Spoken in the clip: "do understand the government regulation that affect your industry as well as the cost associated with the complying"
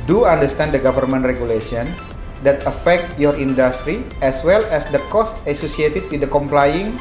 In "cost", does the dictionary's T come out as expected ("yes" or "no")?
yes